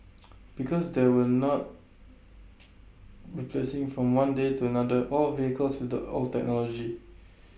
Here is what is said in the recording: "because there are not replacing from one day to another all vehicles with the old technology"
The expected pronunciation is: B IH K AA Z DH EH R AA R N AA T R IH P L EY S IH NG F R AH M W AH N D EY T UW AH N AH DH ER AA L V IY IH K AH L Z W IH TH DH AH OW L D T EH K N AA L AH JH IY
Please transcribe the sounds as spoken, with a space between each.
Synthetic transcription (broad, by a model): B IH K AA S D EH W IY L N AA T R IH P L EY S IH NG F R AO M W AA N D EY T UW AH N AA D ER AA L V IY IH K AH L S W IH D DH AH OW L T EH K N AA L AH JH IY